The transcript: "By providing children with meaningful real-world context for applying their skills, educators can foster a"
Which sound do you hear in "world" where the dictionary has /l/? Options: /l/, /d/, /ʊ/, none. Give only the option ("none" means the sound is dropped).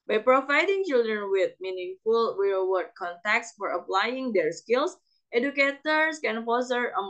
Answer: none